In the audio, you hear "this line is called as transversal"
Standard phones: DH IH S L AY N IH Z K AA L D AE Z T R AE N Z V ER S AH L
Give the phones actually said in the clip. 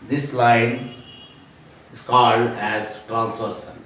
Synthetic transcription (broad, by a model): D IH S L AY N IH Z K AA L D AE Z T R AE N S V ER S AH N